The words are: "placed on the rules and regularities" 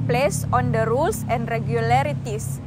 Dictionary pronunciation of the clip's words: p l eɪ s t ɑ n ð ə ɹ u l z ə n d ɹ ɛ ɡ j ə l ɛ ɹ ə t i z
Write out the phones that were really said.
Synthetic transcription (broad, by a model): p l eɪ s ɑ n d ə ɹ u l s ə n d ɹ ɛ ɡ j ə l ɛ ɹ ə t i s